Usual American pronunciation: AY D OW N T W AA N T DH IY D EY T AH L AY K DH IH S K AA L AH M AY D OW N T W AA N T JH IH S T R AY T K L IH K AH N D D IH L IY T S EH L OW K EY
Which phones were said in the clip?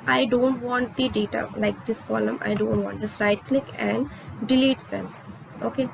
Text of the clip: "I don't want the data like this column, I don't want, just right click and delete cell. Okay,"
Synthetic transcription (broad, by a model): AY D OW N T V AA N T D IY D EY T AH L AY K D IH S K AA L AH M AY D OW N T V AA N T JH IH S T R AY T K L IH K AH N D D IH L IY T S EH N OW K EY